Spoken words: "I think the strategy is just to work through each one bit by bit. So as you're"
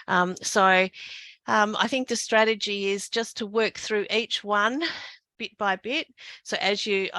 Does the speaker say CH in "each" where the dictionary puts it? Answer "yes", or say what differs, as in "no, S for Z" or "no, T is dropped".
yes